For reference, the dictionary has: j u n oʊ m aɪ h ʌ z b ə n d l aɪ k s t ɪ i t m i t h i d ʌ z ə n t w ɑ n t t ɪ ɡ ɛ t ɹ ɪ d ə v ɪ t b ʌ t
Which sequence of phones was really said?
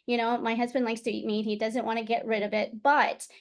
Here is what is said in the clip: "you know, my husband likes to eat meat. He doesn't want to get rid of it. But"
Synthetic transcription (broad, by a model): j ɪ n oʊ m aɪ h ʌ z b ə n d l aɪ k s t ɪ i t m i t h i d ʌ z ə n t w ɑ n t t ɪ ɡ ɛ t ɹ ɪ d ə v ɪ t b ʌ t